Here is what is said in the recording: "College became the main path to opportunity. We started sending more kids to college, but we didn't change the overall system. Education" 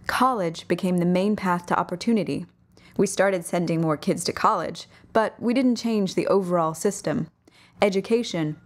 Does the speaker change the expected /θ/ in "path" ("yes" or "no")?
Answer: no